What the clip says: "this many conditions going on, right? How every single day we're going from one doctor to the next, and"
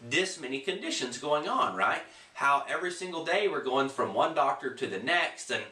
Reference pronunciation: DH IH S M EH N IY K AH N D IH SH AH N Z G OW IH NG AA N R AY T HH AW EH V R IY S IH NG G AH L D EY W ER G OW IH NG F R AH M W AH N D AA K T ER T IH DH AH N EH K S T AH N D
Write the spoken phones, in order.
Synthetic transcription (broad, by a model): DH IH S M EH N IY K AH N D IH SH AH N Z G OW IH NG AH N R AY T HH AW EH V R IY S IH NG G L D EY W ER G OW IH NG F R AH M W AH N D AA K T ER T IH DH AH N EH K S T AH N